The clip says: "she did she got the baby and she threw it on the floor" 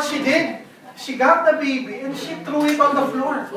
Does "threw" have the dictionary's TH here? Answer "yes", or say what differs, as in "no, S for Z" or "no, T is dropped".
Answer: no, T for TH